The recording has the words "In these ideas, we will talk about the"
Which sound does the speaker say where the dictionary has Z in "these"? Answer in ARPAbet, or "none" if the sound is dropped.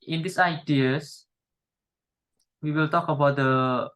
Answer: S